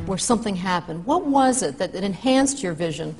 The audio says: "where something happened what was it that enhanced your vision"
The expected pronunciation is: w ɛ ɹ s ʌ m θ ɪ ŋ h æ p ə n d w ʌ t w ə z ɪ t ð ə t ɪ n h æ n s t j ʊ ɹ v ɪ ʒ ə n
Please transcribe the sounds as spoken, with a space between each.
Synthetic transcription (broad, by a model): w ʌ ɹ s ʌ m θ ɪ ŋ h æ p ə n d w ʌ t w ə z ɪ t ð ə t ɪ n h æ n s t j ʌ ɹ v ɪ ʒ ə n